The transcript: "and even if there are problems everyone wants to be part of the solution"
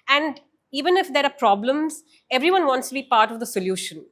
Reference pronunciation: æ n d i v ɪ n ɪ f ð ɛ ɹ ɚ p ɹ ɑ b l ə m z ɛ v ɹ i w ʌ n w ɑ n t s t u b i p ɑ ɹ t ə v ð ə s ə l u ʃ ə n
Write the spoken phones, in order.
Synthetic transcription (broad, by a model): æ n d i v ɪ n ɪ f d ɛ ɹ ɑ p ɹ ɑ b l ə m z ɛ v ɹ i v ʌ n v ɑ n t s t u b i p ɑ ɹ t ə v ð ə s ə l u ʃ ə n